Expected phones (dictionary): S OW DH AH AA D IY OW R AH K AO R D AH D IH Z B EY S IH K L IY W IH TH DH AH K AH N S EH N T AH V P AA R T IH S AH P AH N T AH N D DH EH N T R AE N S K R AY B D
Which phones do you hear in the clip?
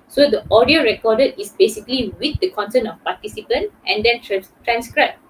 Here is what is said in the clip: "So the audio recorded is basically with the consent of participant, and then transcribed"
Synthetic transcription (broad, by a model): S OW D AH AA D IY OW R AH K AO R D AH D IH S B EY S IH K L IY W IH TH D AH K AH N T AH N AH F P AA T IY S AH P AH N T AH N D EH N T R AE N S K R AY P